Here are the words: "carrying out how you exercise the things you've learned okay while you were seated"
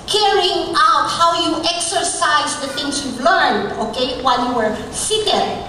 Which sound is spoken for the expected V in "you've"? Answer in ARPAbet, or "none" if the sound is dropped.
B